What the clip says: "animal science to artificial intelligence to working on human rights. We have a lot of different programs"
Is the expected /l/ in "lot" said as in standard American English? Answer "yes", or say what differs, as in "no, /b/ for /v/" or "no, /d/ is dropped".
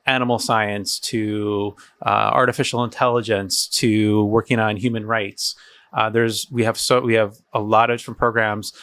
no, /w/ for /l/